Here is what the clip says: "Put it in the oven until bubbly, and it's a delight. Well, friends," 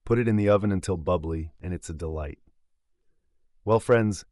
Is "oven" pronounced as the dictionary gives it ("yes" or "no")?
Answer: yes